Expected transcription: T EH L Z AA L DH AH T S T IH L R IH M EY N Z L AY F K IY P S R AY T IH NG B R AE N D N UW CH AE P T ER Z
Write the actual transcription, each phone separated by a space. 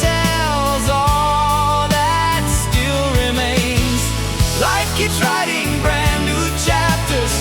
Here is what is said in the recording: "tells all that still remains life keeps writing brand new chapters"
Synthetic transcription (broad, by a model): EH L Z AA L DH AH T S T IH L R IH M EY N Z L AY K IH S R AY T IH NG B R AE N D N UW CH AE P T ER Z